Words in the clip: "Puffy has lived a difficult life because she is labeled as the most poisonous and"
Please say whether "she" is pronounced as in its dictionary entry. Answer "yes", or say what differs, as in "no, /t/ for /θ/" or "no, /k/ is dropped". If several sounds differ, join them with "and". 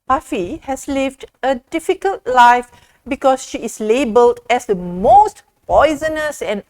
yes